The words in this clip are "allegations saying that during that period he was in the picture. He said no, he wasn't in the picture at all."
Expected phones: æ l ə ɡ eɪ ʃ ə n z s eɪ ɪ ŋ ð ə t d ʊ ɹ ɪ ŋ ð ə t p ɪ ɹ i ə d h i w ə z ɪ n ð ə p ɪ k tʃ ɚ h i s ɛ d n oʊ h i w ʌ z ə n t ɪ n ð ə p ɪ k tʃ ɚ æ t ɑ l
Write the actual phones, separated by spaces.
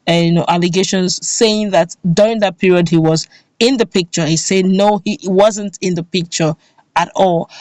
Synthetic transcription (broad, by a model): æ l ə ɡ eɪ ʃ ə n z s eɪ ɪ ŋ ð ə t d ʊ ɹ ɪ ŋ ð ə t p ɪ ɹ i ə d h i w ə z ɪ n ð ə p ɪ k tʃ ɚ h i s ɛ d n oʊ h i w ʌ z ə n t ɪ n ð ə p ɪ k tʃ ɚ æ t ɑ l